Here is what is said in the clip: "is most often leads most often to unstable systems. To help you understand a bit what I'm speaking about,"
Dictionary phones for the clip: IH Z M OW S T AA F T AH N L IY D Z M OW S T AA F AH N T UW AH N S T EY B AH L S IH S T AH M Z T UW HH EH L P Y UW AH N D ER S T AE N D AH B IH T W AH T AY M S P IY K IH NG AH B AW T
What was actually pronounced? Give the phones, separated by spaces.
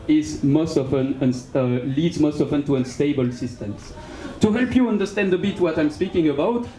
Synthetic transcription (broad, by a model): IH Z M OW S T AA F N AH N L IY D Z M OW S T AA F AH N T UW AH N S T EY B AH L S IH S T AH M S T UW HH EH L P Y UW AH N D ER S T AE N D AH B IH T W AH T AY M S P IY K IH NG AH B AW T